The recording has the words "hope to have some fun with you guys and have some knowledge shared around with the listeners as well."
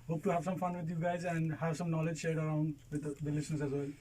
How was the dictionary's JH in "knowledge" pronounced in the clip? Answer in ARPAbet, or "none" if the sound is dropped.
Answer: JH